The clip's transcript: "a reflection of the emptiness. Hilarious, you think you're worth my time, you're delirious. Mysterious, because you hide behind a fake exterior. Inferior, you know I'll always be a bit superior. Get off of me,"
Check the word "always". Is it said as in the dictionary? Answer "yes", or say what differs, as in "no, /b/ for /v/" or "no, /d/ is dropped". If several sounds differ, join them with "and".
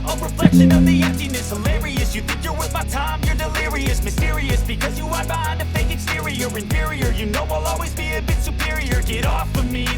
yes